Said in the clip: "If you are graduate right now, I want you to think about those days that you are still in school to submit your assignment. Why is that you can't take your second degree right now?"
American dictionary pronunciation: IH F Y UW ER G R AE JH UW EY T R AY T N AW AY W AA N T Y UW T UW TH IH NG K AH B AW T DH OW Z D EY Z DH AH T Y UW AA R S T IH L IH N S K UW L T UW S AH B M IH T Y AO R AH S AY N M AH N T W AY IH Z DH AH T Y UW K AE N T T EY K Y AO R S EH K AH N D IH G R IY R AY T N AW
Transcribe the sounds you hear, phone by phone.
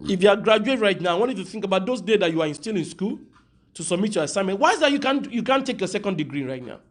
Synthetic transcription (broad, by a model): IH F Y UW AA G R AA JH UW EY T R AY T N AW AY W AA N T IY T UW TH IH NG K AH B AW T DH OW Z D EY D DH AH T Y UW AA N S T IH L IH N S K UW L T UW S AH B M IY T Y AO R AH S AY M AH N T W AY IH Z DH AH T Y UW K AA N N T EY K Y AO S EH K AH N D IH G R IY R AY T N AW